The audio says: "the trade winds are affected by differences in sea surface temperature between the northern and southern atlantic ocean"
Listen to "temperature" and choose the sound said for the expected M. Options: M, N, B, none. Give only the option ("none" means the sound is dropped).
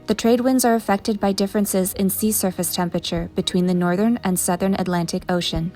M